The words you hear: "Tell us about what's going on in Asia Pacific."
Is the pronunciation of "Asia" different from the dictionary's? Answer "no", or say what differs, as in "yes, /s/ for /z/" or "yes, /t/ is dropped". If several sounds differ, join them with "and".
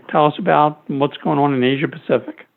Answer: no